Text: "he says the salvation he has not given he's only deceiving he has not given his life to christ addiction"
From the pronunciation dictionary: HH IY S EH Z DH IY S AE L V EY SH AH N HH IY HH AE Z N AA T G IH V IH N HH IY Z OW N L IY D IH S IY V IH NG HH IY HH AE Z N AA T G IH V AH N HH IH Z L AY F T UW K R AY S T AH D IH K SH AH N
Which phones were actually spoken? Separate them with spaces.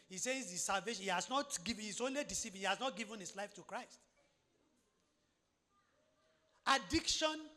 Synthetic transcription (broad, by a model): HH IY S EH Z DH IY S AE L V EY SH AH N HH IY HH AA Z N AA T G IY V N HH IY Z OW N L IY D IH S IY P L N HH IY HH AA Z N AA T G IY V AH N HH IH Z L AY F T UW K R AY S T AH D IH K SH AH N